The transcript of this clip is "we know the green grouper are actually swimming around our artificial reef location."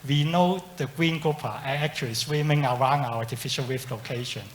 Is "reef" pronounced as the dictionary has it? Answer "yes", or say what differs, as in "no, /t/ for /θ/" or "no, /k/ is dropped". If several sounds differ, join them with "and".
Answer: no, /w/ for /ɹ/